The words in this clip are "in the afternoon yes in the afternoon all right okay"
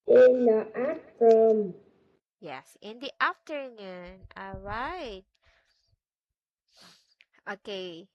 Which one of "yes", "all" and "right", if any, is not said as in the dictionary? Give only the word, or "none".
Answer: none